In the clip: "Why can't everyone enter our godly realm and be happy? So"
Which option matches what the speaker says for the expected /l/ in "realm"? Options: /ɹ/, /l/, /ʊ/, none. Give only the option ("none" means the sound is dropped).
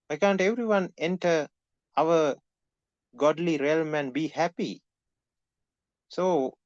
/l/